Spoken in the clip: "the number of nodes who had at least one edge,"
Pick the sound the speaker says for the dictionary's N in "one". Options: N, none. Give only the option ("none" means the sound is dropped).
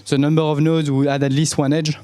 N